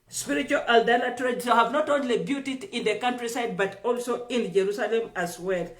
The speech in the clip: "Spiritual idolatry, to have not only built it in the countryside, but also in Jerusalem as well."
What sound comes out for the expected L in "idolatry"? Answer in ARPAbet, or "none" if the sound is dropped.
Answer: N